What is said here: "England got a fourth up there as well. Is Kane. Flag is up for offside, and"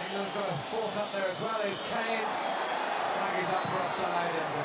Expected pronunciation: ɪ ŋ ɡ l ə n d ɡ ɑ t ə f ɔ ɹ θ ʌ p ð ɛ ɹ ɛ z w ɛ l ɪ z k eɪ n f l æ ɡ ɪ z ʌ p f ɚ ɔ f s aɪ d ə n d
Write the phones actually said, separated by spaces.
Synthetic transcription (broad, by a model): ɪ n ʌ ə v ɡ ɑ t ə f ɔ ɹ θ ʌ p ð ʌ ɹ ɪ z w ɛ l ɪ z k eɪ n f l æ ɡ ɪ z ʌ p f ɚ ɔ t s aɪ d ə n